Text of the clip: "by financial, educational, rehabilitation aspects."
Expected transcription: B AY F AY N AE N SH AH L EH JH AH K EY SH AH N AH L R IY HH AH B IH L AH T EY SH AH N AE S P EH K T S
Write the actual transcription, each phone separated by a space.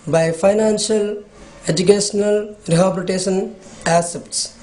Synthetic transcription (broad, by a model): B AY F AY N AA N S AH L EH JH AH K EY S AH N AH L R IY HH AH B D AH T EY S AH N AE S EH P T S